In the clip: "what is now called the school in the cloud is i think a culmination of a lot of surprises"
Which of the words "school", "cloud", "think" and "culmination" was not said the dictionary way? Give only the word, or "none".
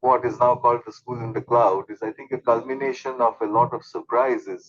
think